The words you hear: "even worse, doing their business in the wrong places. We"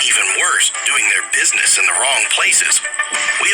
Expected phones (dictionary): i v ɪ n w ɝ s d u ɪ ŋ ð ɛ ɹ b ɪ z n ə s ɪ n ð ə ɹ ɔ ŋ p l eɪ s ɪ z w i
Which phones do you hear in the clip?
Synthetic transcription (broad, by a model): i v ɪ n w ɝ s d u ɪ ŋ ð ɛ ɹ b ɪ z n ə s ɪ n ð ə ɹ ɔ ŋ p l eɪ s ɪ z w i